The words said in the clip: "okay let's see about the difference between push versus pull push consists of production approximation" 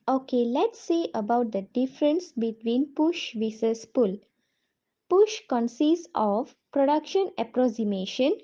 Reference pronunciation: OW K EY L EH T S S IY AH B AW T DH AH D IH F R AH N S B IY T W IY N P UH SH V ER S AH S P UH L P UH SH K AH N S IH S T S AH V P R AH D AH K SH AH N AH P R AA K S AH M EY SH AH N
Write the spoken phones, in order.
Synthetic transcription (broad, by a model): OW K EY L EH T S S AH B AW T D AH D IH F R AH N S B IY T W IY N P UH SH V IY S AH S P UH L P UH SH K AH N S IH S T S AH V P R AH D AH K SH AH N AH P R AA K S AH M EY SH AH N